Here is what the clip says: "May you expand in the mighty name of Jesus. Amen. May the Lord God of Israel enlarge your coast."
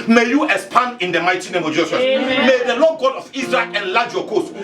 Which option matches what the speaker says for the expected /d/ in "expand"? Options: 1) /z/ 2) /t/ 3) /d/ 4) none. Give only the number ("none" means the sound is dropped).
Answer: 4